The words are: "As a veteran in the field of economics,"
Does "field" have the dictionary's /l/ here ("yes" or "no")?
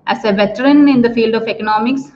yes